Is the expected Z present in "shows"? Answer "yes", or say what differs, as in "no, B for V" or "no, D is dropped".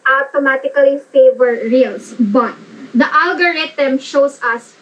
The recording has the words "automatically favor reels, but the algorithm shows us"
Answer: no, S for Z